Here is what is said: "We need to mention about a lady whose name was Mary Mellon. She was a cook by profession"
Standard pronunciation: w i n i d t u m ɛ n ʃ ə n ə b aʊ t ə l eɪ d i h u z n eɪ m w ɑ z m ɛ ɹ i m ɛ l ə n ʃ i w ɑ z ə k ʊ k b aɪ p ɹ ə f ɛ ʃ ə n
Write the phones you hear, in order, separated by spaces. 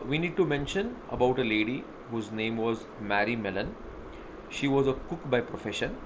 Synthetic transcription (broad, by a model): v i n i d t u m ɛ n ʃ ə n ə b aʊ t ə l eɪ d i h u z n eɪ m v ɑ z m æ ɹ i m ɛ l ə n ʃ i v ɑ z ə k ʊ k b aɪ p ɹ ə f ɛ ʃ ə n